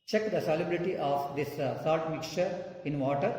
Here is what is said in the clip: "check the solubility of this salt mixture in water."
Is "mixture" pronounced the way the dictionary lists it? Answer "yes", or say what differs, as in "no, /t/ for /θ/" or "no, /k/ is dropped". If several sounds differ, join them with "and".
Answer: no, /s/ is dropped